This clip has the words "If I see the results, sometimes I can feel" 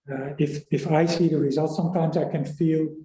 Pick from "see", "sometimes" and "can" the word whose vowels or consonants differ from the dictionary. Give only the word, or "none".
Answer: none